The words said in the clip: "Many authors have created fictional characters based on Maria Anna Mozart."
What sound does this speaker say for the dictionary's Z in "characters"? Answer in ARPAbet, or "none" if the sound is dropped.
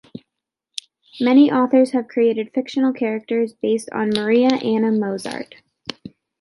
Z